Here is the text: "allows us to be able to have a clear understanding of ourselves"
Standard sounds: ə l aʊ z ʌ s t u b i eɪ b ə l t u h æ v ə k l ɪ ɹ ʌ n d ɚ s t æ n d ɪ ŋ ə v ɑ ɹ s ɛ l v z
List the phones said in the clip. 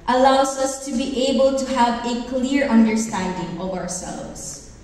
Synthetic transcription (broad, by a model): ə l aʊ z ʌ s t u b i eɪ b ə l t u h æ v ə k l ɪ ɹ ʌ n d ɚ s t æ n d ɪ ŋ ə v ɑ ɹ s ɛ l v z